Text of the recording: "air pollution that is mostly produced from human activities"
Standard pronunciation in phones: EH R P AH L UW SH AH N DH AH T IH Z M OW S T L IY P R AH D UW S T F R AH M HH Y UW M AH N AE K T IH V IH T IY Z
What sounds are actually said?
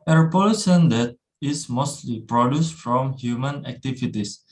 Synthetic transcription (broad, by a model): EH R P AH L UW S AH N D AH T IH S M OW S T L IY P R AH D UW S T F R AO M HH Y UW M AH N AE K T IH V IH T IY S